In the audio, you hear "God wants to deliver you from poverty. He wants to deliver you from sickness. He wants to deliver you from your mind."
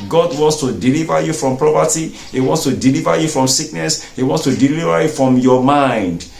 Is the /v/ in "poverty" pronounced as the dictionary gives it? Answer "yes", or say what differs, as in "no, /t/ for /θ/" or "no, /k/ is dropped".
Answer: no, /p/ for /v/